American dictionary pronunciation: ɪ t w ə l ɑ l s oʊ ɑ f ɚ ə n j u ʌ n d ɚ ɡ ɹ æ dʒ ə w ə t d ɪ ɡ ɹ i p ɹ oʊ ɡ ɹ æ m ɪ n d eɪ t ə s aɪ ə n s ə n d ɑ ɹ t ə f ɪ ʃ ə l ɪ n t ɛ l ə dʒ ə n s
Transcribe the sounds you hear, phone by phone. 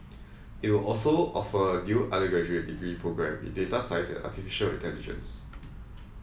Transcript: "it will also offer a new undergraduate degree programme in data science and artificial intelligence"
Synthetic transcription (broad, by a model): ɪ t w ə l ɑ l s oʊ ɑ f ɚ ə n j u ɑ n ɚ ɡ ɔ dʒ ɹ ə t d ɪ ɡ ɹ i p ɹ oʊ ɡ ɹ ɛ m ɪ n d eɪ t ə s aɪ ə s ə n ɑ t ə f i ʃ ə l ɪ t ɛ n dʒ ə n s